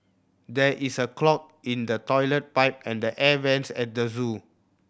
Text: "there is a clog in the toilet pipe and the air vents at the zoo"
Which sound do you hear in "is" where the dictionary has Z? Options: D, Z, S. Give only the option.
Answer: S